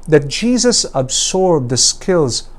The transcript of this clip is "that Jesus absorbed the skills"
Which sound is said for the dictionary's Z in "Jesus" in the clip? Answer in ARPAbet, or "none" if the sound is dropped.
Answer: Z